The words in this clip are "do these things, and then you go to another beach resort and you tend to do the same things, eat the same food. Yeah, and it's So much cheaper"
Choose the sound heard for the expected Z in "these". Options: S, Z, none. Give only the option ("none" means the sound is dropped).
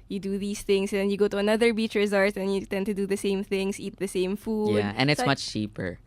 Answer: S